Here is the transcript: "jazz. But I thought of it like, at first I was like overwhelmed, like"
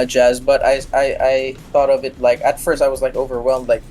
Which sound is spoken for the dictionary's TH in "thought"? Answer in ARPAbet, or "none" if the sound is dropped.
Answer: TH